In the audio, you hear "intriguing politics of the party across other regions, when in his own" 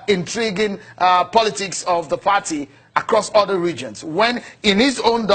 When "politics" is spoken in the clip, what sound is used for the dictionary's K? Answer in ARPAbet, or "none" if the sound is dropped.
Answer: K